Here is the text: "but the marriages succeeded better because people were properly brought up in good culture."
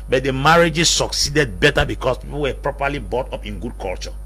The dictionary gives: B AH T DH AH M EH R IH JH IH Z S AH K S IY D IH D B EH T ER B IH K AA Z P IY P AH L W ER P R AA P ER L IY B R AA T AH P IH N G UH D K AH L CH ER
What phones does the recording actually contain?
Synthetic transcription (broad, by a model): B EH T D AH M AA R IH JH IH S S AH K S IY D IH D B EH T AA B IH K AA S P IY P AH L W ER P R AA P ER L IY B AA T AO P IH N G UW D K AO L CH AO